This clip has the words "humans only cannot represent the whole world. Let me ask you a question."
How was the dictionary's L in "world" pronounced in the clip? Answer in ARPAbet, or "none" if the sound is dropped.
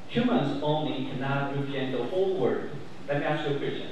none